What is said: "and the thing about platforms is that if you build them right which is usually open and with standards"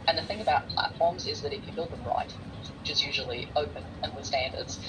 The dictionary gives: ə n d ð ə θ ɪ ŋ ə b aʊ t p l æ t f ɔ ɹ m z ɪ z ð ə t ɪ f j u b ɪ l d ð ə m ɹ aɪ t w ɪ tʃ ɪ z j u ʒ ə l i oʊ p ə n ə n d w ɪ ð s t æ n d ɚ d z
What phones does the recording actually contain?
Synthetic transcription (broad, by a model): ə n ð ə θ ɪ ŋ ə b aʊ t p l æ t f ɔ ɹ m z ɪ z ð ə t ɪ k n b ɪ l d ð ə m ɹ aɪ t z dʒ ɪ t j u ʒ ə l i oʊ p ə n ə n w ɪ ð s t æ n d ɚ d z